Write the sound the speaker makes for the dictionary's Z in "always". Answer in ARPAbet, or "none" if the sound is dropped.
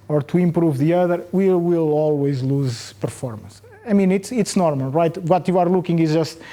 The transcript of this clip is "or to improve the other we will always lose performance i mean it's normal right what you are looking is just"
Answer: Z